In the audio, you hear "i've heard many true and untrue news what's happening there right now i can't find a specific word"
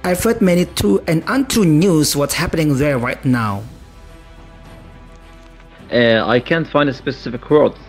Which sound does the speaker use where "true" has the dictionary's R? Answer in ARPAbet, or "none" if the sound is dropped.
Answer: none